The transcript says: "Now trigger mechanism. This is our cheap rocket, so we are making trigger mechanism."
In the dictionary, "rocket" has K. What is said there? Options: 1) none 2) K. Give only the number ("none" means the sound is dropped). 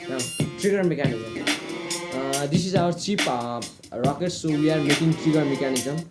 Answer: 2